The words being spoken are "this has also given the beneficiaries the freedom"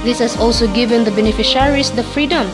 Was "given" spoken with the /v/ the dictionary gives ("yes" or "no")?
yes